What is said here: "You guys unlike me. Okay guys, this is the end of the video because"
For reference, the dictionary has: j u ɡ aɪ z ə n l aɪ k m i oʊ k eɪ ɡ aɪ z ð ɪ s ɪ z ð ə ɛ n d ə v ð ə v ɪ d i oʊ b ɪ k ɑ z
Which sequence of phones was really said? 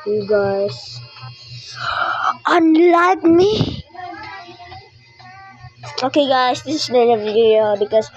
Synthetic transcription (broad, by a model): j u ɡ aɪ s ə n l aɪ k m i oʊ k eɪ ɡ aɪ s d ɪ s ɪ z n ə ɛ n ə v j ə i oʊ b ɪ k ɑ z